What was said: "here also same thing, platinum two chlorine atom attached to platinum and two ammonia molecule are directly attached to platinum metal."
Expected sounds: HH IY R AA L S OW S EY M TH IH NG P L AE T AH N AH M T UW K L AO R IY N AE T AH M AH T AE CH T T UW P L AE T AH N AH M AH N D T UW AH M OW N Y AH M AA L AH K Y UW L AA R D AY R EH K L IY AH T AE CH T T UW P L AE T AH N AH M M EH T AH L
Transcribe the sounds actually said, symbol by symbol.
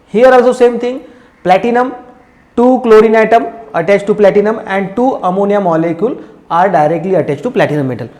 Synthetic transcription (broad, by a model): HH IY R AA L S OW S EY M T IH NG P L AE T AH N AH M T UW K L AO R IY N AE T AH M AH T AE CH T T UW P L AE T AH N AH M AH N D T UW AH M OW N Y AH M AA L AH K Y UW L AA R D AY R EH K L IY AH T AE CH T T UW P L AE T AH N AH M M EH T AH L